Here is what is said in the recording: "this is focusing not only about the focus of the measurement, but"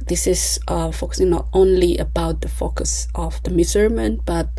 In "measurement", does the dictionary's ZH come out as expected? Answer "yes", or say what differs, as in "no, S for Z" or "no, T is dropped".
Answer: no, Z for ZH